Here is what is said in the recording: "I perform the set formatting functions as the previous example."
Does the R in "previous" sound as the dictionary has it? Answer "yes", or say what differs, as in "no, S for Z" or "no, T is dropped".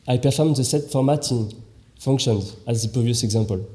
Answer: no, R is dropped